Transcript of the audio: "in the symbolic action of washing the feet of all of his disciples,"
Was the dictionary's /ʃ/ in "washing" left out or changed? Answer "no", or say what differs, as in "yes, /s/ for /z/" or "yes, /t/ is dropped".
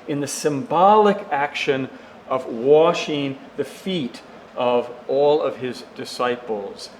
no